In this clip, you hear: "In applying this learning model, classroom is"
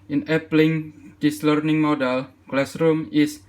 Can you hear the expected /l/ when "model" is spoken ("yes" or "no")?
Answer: yes